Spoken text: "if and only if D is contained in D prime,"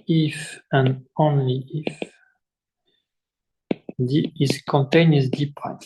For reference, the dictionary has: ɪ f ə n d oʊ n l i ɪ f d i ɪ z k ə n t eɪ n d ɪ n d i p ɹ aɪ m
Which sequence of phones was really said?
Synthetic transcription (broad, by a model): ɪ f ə n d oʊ n l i ɪ f d i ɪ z k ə n t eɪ n ɪ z d i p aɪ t